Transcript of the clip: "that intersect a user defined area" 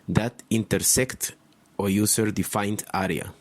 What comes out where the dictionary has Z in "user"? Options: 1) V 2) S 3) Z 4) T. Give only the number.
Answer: 2